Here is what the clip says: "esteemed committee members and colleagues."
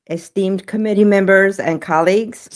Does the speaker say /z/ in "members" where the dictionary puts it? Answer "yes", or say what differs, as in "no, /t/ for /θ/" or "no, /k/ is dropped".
yes